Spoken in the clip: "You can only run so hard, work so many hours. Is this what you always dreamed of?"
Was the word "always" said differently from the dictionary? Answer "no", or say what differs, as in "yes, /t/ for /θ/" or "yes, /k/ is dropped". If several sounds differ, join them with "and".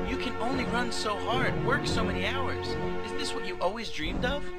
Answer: no